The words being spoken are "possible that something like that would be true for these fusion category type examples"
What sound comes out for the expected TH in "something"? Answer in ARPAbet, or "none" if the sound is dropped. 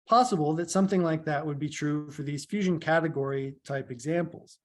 TH